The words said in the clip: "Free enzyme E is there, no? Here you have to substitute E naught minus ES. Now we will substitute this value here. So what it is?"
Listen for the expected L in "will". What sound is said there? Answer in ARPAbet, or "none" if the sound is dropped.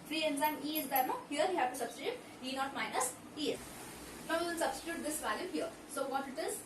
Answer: N